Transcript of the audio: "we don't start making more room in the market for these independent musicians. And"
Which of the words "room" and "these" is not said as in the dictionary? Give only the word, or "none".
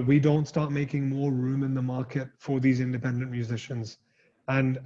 none